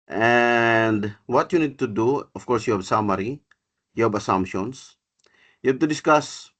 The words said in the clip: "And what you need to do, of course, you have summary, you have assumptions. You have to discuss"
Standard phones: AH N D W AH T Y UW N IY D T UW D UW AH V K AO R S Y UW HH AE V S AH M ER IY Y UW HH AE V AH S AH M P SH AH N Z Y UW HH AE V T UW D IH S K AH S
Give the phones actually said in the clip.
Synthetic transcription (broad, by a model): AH N D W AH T Y UW N IY D T UW D UW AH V K AO R S Y UW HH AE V S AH M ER IY Y UW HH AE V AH S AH M P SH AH N S Y UW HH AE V T UW D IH S K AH S